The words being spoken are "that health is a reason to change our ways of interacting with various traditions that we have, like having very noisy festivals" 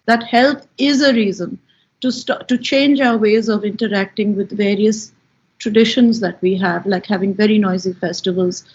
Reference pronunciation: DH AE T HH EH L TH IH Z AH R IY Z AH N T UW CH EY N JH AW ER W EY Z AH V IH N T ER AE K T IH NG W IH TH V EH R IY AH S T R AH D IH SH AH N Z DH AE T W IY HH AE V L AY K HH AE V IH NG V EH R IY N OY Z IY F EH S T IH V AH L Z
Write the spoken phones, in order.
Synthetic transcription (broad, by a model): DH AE T HH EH L T IH Z AH R IY Z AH N T UW CH EY N JH AW ER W EY Z AH V IH N T ER AE K T IH NG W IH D V EH R IY AH S T R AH D IH SH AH N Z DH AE T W IY HH AE V L AY K HH AE V IH NG V EH R IY N OY Z IY F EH S T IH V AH L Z